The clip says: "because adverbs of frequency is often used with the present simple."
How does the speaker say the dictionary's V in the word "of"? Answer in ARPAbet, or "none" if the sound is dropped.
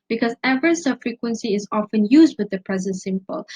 B